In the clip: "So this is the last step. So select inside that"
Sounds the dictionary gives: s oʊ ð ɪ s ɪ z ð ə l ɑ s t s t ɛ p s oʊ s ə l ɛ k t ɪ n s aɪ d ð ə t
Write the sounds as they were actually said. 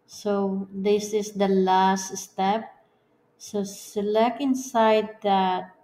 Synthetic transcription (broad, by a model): s oʊ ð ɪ s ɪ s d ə l ɑ s t s t ɛ p s oʊ s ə l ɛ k ɪ n s aɪ d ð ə t